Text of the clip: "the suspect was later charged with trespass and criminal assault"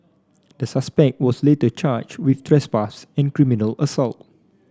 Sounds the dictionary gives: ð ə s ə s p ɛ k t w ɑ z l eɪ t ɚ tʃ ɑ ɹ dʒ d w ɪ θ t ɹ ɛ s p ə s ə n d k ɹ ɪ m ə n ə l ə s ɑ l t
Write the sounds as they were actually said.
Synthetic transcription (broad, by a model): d ə s ə s p ɛ k t w ɑ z l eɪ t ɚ tʃ ɑ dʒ w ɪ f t ɹ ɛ s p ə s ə n k ɹ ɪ m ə n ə l ə s ɑ l t